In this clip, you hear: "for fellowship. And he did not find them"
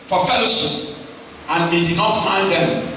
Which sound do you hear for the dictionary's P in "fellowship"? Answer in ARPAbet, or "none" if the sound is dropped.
none